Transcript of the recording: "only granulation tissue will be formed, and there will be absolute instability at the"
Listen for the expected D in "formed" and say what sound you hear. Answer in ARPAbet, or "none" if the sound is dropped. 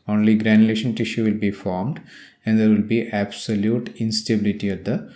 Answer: D